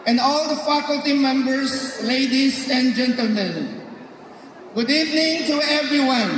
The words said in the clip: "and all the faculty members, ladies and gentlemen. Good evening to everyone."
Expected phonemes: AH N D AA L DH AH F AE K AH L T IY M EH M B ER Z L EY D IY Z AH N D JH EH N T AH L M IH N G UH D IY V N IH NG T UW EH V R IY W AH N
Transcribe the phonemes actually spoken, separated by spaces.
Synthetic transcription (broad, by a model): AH N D AA L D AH F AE K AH L T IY M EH M B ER S L EY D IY S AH N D JH EH N T AH L M IH N G UH D IY V N IH NG T UW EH V R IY W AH N